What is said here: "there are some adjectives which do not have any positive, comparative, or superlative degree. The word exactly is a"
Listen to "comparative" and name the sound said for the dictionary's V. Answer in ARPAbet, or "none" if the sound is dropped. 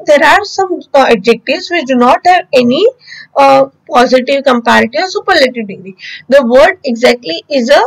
none